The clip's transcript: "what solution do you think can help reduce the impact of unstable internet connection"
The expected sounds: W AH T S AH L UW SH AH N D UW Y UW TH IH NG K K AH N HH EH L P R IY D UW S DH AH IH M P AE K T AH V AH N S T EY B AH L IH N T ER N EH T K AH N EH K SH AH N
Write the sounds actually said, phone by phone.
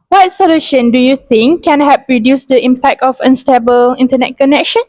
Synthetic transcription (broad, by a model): W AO T S AH L UW SH AH N D UW Y UW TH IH NG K K AH N HH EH P R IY D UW S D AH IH M P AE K T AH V AH N S T EY B AH L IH N T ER N EH T K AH N EH K SH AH N